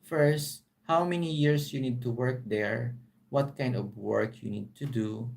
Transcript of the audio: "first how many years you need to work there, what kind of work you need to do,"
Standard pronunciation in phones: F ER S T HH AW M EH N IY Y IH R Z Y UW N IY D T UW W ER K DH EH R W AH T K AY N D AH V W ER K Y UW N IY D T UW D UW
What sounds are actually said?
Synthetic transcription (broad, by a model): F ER S T HH AW M EH N IY Y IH R S Y UW N IY D T UW W ER K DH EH R W AH T K AY N D AH V W ER K Y UW N IY D T UW D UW